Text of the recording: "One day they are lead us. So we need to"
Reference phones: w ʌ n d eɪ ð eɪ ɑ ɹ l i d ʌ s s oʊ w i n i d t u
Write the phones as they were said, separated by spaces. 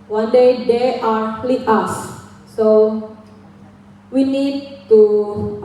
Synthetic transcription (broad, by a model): w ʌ n d eɪ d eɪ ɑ ɹ l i ɑ s s oʊ w i n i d t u